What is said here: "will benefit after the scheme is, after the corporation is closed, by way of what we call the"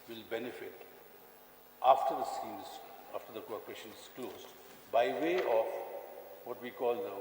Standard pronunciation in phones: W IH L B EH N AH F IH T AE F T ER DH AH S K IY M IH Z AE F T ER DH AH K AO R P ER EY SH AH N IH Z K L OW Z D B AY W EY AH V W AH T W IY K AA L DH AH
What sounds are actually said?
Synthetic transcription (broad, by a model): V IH L B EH N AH F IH T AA F T ER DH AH S IY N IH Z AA F T ER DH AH K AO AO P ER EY SH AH N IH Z K L OW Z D B AY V EY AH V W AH T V IY K AA L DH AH